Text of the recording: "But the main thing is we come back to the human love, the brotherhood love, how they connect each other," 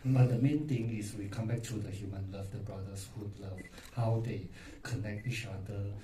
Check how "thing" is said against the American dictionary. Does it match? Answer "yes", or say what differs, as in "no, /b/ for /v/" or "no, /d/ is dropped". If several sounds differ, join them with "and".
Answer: no, /t/ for /θ/